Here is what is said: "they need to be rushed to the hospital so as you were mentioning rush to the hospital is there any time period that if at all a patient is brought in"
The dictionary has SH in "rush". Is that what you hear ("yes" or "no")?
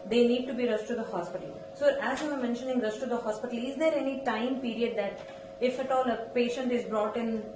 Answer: no